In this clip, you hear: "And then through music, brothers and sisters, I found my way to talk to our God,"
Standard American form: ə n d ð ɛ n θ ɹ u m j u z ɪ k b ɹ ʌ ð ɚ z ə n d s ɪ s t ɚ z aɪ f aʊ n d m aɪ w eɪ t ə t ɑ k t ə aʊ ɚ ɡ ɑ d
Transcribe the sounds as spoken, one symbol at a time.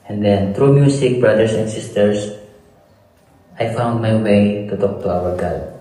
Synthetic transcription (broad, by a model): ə n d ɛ n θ ɹ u m j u s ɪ k b ɹ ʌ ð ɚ s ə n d s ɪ s t ɚ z aɪ f aʊ n d m aɪ w eɪ t ə t ɑ k t ə aʊ ɚ ɡ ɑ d